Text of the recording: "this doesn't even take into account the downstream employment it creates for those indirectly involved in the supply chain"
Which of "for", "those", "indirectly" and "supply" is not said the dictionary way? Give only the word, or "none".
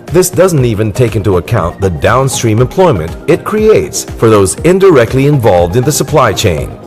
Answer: none